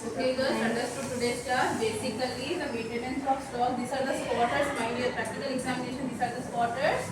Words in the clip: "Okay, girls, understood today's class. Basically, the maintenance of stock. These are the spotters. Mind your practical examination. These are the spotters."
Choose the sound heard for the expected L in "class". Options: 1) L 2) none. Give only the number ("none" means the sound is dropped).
2